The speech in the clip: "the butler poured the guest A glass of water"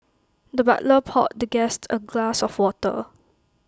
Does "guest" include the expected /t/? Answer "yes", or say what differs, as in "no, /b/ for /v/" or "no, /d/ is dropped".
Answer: yes